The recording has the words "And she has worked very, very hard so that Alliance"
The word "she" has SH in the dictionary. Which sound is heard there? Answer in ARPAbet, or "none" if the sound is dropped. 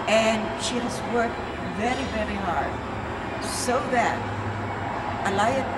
SH